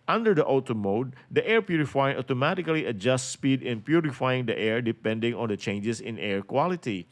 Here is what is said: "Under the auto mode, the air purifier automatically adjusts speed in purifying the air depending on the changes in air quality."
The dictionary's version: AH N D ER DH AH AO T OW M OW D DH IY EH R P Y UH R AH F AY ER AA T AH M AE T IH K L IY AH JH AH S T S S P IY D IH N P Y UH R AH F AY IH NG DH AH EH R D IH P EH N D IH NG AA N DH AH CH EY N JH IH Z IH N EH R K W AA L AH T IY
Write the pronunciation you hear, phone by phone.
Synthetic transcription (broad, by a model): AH N D ER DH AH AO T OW M OW D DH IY EH R P Y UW R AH F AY AA T AH M AE T IH K L IY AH JH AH S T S S P IY D IH N P Y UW R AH F AY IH NG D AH EH R D IH P EH N D IH NG AA N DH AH CH EY N JH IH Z IH N EH R K W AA L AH T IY